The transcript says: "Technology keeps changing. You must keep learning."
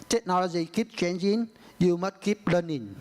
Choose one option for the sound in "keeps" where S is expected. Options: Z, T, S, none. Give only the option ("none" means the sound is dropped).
none